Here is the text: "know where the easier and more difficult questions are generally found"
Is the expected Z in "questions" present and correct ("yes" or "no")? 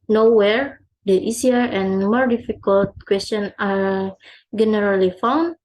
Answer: no